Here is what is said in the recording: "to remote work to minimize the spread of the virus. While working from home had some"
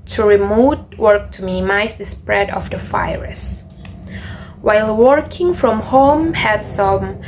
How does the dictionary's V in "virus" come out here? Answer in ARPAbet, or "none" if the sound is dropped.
F